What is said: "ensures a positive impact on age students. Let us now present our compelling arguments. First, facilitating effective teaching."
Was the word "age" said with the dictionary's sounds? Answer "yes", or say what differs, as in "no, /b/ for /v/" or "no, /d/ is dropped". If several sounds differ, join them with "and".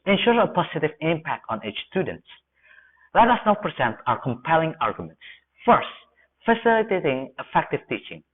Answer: no, /tʃ/ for /dʒ/